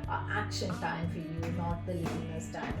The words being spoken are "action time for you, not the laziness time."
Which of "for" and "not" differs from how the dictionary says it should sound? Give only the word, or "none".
none